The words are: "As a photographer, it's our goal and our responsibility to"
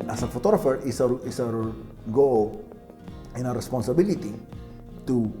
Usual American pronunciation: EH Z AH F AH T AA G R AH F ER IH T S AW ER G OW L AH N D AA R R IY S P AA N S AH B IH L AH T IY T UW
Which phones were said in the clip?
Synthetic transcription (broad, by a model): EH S AH F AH T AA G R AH F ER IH S S AW ER G OW L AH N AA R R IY S P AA N S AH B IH L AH T IY T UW